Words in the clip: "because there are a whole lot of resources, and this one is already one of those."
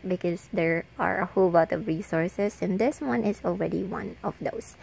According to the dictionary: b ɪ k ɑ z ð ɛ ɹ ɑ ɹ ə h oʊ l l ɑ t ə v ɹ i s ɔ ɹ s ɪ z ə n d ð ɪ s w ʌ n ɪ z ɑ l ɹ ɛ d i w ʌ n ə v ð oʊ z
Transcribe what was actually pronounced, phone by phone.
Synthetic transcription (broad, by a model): b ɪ k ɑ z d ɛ ɹ ɑ ɹ ə h oʊ l l ɑ t ə v ɹ i s ɔ ɹ s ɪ s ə n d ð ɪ s w ʌ n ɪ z ɑ l ɹ ɛ d i w ʌ n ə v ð oʊ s